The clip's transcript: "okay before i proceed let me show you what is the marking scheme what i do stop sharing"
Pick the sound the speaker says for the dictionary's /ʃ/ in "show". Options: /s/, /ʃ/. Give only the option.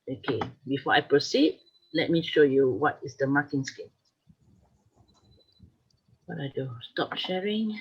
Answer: /ʃ/